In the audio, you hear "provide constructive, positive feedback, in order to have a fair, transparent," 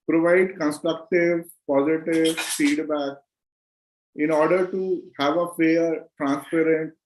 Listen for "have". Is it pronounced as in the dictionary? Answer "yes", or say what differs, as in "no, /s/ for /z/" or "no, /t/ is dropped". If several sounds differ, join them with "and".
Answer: yes